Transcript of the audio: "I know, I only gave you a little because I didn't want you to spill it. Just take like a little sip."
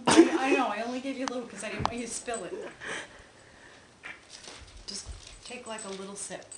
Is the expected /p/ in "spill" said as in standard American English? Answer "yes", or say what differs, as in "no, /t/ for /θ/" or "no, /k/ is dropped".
yes